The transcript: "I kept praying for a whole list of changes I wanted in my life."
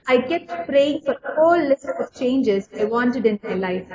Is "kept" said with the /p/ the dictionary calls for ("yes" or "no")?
no